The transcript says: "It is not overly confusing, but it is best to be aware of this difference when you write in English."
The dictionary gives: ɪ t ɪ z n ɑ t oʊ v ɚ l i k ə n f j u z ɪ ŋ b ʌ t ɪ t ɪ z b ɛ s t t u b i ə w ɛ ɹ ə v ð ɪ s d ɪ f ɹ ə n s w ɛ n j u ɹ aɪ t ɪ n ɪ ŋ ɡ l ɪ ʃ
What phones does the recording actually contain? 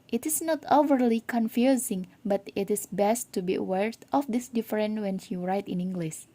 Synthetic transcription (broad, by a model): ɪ t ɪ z n ɑ t oʊ v ɚ l i k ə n f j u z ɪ ŋ b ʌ t ɪ t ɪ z b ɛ s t t u b i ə w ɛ ɹ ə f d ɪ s d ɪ f ɹ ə n w ɛ n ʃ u ɹ aɪ t ɪ n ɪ ŋ ɡ l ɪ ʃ